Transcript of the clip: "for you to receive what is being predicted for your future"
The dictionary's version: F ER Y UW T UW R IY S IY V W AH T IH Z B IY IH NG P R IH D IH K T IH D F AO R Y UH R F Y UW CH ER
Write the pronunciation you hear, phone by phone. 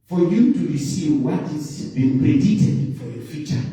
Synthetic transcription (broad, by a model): F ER Y UW T UW R IY S IY V W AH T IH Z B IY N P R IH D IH T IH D F AO R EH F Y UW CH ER